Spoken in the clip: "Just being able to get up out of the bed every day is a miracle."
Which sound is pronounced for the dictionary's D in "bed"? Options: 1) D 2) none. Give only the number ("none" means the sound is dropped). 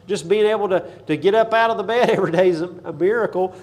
1